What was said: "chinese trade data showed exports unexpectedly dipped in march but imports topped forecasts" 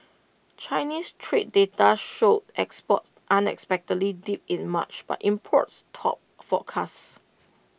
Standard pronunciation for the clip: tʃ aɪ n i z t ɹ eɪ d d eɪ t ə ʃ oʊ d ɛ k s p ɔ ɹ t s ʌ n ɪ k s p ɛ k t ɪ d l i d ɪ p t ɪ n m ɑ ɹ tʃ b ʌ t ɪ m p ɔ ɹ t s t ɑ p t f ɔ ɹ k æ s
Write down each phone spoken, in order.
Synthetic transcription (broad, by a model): tʃ aɪ n i s t ɹ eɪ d d eɪ t ə ʃ oʊ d ɛ k s p ɔ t t ʌ n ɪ k s p ɛ k t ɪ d l i d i p ɪ n m ɑ tʃ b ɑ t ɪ m p ɔ t s t ɑ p f ɔ k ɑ s